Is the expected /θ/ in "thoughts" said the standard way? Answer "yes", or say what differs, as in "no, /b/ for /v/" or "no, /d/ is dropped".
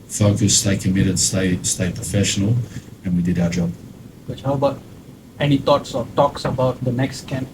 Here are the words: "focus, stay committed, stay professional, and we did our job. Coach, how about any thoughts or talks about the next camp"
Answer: no, /t/ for /θ/